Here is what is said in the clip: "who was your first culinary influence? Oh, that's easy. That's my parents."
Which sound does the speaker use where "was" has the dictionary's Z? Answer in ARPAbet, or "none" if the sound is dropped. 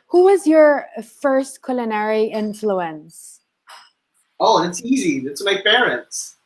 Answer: Z